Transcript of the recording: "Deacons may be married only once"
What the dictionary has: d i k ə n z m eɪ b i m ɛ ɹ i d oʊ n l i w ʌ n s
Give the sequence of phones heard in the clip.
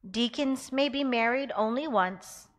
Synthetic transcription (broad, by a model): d i k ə n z m eɪ b i m ɛ ɹ i d oʊ n l i w ʌ n s